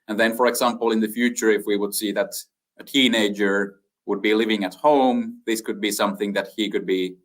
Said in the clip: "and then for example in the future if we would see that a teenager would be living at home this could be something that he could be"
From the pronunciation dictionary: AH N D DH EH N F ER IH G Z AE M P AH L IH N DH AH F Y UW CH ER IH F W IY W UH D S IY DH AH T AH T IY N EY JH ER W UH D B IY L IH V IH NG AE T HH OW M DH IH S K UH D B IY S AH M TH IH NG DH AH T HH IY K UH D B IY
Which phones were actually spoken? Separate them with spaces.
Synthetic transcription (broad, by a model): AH N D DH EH N F ER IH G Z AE M P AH L IH N DH AH F Y UW CH ER IH F W IY W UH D S IY DH AH T AH T IY N EY JH ER W UH D B IY L IH V IH NG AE T HH OW M DH IH S K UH D B IY S AH M TH IH NG DH AH T HH IY K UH D B IY